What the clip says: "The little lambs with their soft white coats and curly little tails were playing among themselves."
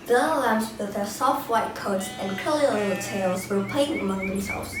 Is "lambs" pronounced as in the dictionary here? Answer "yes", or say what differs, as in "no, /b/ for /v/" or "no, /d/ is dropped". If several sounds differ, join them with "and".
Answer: no, /m/ is dropped